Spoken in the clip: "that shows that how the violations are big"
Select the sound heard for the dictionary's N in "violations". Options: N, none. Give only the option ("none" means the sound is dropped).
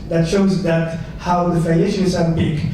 none